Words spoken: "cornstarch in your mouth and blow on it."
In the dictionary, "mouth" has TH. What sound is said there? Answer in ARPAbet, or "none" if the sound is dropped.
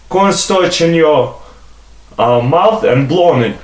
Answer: TH